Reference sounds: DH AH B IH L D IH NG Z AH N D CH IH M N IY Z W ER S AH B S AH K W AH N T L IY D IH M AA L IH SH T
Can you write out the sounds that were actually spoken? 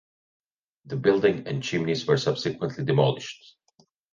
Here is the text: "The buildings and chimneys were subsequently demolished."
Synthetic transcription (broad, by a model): DH AH B IH L D IH NG AH N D CH IH M N IY Z W ER S AH B S AH K W AH N T L IY D IH M AA L IH SH T